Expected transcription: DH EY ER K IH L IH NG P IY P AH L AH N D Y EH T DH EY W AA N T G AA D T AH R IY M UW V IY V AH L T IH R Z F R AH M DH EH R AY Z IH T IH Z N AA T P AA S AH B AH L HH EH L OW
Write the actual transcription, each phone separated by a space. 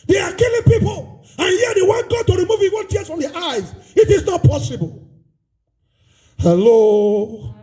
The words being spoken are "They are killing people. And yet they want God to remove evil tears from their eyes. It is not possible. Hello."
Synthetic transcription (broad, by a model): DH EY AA K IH L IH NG P IY P AH L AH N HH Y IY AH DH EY W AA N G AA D T AH R IY M UW V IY W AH N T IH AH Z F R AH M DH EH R AY Z IH T IH Z N AA T P AA S AH B AH L HH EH L OW